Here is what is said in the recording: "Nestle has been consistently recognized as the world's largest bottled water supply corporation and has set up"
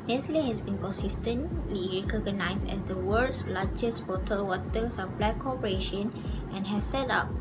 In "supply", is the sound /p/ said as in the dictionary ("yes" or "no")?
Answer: no